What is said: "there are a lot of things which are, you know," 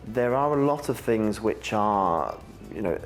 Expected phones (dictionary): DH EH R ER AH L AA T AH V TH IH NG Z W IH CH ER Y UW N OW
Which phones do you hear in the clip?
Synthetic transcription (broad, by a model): DH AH R ER AH L AA T AH V TH IH NG Z W IH CH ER Y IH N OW